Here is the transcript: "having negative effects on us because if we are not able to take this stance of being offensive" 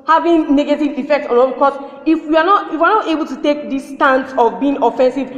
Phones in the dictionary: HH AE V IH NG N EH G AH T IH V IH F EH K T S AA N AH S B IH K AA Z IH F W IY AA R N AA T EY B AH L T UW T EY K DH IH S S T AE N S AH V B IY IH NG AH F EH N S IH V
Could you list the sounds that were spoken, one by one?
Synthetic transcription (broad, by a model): HH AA V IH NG N EH G AH T IH V IH F EH K T S AA N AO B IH K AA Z IH F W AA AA W N AA T EY B AH L T UW T EY K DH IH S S T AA N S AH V B IY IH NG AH F EH N S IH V